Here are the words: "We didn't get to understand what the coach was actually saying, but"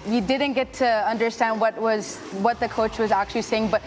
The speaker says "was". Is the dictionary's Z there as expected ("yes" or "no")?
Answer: yes